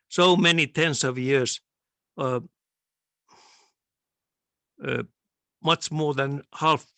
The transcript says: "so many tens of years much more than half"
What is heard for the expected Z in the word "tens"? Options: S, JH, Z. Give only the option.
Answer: S